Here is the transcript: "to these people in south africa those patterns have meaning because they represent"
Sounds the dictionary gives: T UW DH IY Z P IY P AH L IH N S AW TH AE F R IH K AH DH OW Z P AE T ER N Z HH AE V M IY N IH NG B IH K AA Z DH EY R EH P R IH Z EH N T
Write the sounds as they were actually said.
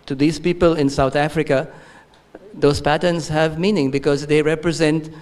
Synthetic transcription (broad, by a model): T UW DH IY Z P IY P AH L IH N S AW T AE F R IH K AH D OW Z P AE T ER N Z HH AE V M IY N IH NG B IH K AA Z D EY R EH P R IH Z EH N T